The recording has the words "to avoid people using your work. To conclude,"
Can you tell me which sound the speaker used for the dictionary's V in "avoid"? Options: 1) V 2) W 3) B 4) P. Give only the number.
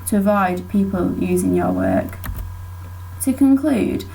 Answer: 1